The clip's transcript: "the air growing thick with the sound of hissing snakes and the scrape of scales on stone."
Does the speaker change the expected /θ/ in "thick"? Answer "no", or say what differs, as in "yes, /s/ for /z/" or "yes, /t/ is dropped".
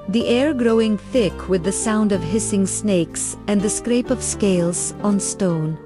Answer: no